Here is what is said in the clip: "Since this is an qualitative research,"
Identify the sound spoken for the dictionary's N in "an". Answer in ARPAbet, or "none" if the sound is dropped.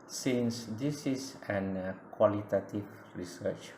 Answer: N